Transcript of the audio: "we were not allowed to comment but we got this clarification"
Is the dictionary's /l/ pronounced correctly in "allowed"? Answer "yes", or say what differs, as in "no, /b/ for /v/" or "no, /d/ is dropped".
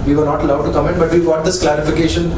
yes